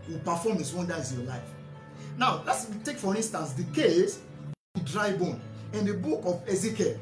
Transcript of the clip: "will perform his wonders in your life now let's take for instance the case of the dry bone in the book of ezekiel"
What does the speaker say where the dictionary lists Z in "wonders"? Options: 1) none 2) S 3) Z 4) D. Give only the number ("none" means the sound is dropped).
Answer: 1